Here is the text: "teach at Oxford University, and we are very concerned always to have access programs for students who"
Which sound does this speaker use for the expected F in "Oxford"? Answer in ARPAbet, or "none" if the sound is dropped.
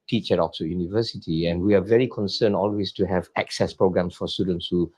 none